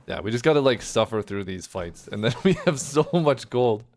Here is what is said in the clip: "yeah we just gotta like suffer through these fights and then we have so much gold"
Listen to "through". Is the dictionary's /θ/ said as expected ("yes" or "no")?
yes